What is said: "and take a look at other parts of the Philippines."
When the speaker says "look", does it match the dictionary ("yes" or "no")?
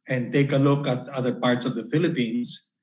yes